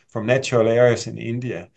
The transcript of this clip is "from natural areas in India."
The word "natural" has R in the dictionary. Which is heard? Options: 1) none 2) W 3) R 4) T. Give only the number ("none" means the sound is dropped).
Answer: 1